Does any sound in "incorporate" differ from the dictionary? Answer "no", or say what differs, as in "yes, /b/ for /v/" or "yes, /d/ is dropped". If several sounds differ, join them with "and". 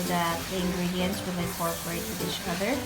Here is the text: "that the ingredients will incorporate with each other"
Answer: yes, /n/ is dropped